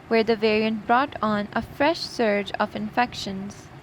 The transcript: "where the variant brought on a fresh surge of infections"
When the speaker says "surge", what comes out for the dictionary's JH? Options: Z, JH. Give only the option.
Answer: JH